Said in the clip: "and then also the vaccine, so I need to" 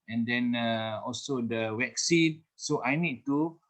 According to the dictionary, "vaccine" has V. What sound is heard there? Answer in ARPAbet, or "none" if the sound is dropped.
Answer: W